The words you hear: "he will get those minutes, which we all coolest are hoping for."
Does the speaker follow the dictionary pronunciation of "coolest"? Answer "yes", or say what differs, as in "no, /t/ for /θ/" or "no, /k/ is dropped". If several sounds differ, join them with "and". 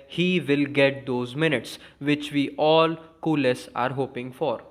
no, /t/ is dropped